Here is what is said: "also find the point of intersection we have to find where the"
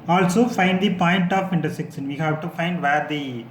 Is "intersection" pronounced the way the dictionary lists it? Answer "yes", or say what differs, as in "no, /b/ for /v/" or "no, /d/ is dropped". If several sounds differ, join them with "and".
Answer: no, /s/ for /ʃ/